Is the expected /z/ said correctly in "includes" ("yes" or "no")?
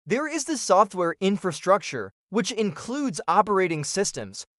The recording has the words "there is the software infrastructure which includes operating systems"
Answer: yes